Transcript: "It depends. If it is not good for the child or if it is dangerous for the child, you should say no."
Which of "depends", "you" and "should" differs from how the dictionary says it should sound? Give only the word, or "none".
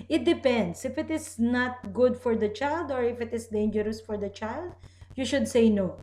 depends